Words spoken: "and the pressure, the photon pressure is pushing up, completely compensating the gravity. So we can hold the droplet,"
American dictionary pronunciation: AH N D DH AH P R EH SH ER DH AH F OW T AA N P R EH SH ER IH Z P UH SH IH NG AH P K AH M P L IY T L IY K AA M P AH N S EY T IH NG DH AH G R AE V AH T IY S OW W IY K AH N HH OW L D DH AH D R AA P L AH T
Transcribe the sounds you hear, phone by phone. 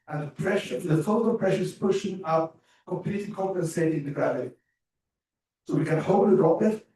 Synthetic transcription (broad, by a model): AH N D DH AH P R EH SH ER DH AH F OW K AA L P R EH SH ER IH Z P UH SH IH NG AH P K AH M P L IY T L IY K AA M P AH N S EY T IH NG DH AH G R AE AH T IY S OW W IY K AH N HH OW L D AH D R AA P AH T